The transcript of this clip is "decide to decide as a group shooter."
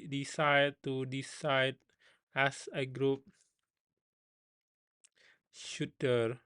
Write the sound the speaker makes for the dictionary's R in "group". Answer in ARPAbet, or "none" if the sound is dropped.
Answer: R